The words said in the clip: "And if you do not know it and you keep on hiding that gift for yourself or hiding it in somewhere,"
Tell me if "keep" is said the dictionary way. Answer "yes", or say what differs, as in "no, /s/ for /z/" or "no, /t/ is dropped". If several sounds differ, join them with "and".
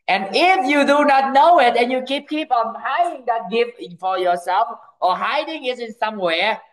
yes